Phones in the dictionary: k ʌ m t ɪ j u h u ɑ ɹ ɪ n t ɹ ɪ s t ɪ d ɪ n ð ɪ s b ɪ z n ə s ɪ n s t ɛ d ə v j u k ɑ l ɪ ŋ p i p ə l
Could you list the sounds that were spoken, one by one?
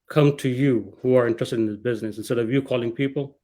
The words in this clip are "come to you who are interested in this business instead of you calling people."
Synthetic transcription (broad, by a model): k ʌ m t ɪ j u h u ɑ ɹ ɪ n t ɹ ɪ s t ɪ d ɪ n ð ɪ s b ɪ z n ə s ɪ n s t ɛ d ə v j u k ɑ l ɪ ŋ p i p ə l